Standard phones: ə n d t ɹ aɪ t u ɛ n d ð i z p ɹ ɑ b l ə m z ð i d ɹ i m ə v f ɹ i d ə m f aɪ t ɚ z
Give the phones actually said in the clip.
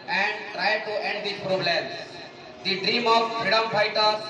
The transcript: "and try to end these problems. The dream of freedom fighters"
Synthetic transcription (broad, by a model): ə n d t ɹ aɪ t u ɛ n d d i p ɹ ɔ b l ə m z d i d ɹ i m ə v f ɹ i d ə m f aɪ t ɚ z